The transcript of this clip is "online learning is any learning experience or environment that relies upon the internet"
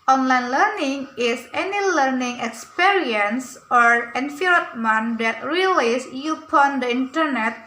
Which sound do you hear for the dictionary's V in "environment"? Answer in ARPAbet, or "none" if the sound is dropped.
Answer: F